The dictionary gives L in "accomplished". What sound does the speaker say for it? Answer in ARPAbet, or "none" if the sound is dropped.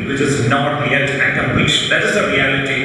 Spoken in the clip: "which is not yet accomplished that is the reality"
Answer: none